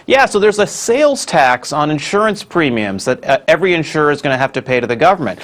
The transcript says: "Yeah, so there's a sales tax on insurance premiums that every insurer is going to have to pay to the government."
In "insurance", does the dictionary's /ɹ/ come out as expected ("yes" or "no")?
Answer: yes